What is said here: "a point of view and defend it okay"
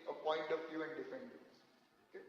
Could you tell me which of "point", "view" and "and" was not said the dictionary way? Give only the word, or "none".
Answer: view